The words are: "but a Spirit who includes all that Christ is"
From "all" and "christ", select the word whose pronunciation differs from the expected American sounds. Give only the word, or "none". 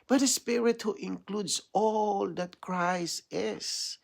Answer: christ